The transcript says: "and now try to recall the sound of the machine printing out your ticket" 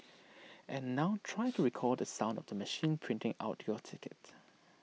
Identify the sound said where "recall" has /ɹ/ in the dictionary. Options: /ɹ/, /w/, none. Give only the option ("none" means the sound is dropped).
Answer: /ɹ/